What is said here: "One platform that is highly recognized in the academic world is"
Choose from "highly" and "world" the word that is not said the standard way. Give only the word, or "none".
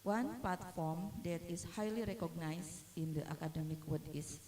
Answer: world